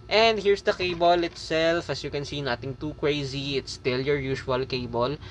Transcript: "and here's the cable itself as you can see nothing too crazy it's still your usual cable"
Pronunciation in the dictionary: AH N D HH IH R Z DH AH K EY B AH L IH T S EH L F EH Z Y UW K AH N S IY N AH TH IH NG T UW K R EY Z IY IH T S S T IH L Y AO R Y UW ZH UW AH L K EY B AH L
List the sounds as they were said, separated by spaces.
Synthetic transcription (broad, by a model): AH N D HH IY R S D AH K EY B AH L IH T S EH L F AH S Y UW K AH N S IY N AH T IH NG T UW K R EY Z IY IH T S S T IH L Y AO R Y UW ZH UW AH L K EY B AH L